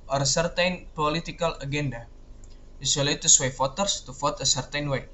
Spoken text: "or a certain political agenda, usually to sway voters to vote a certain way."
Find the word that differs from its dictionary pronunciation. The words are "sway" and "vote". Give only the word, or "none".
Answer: vote